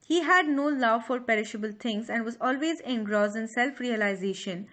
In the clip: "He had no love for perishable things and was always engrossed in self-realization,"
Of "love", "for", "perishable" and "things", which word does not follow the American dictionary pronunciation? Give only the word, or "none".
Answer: things